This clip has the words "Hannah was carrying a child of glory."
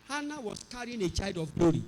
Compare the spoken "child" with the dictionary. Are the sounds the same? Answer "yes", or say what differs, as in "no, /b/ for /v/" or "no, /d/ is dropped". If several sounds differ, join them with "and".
no, /l/ is dropped